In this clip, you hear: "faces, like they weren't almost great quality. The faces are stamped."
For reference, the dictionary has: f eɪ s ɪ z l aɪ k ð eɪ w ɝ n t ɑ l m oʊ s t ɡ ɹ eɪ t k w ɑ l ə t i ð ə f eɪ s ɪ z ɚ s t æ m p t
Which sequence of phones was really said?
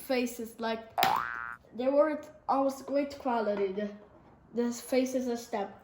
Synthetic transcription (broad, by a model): f eɪ s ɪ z l aɪ k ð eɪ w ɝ t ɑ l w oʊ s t ɡ ɹ eɪ t k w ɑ l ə t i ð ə f eɪ s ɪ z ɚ s t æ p